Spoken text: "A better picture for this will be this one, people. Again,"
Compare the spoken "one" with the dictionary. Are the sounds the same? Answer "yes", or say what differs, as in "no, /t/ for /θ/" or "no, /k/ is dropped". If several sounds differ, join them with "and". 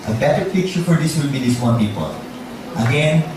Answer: no, /l/ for /n/